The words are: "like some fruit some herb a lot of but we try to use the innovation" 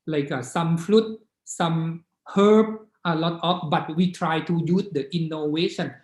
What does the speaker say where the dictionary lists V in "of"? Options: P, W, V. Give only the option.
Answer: P